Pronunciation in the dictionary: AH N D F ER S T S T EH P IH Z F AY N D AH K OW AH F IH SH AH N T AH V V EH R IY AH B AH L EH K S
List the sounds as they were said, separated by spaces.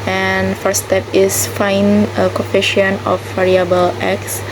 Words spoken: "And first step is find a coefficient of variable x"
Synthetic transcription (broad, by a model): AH N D F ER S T S T EH P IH S F AY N AH K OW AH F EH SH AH N AH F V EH R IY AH B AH L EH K S